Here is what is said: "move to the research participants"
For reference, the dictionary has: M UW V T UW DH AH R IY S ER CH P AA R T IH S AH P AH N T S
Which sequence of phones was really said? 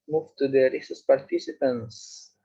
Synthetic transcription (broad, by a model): M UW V T UW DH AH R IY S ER S P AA R T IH S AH P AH N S